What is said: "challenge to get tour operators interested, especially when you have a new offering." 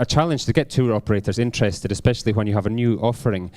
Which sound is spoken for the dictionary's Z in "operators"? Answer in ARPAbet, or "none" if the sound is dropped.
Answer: Z